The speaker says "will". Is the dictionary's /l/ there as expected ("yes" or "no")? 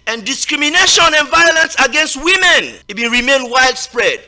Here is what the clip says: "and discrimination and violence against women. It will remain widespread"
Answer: no